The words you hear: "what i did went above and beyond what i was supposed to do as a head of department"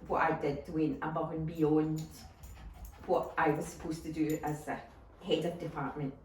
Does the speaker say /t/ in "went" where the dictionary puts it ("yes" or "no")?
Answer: no